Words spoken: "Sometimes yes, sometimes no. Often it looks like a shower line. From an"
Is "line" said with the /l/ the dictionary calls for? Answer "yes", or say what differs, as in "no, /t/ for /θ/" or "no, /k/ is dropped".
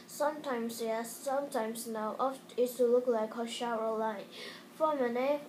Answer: yes